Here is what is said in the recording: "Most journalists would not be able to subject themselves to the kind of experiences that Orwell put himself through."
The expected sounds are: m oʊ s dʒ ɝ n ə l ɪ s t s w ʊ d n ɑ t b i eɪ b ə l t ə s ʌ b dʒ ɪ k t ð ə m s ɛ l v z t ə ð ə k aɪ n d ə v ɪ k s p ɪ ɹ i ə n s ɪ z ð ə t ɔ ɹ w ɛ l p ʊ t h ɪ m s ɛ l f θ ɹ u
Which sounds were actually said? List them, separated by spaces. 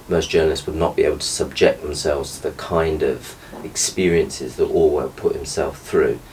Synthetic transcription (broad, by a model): m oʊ s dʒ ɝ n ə l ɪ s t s w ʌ d n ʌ t b i eɪ b ə l t ə s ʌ b dʒ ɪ k ð ə m s ɛ l v z t ə ð ə k aɪ n d ə v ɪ k s p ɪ ɹ i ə n s ɪ z ð ə t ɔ l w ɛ p ʊ t h ɪ m s ɛ l f θ ɹ u